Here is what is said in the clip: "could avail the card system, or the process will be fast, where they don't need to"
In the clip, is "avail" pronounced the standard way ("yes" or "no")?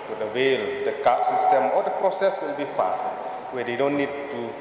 no